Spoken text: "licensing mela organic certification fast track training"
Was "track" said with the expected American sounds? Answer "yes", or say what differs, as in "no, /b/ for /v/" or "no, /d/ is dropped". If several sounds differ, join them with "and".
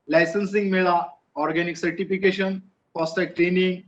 no, /ɹ/ is dropped